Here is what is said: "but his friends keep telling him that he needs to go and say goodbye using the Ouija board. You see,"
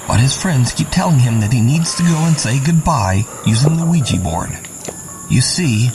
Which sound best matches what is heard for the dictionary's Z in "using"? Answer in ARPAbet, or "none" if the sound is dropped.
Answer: Z